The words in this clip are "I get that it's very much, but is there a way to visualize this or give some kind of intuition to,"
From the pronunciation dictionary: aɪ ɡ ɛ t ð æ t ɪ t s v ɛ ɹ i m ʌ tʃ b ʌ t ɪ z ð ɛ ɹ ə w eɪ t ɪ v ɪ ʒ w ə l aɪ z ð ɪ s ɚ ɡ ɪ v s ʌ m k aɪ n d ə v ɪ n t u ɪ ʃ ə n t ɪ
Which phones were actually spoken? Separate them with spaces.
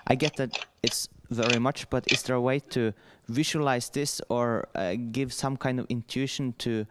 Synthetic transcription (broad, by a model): aɪ ɡ ɛ t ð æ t ɪ t s v ɛ ɹ i m ʌ tʃ b ʌ t ɪ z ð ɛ ɹ ə w eɪ t ɪ v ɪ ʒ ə l aɪ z ð ɪ s ɚ ɡ ɪ v s ʌ m k aɪ n d ə v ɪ n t u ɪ ʃ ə n t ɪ